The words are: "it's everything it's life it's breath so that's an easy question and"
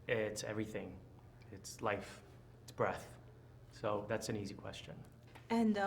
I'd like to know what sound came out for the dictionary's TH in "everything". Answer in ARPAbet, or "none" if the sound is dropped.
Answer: TH